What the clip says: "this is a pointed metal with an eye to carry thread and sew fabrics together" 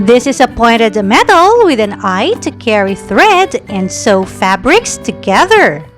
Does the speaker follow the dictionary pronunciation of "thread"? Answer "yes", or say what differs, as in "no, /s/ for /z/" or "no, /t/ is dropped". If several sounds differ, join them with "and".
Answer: yes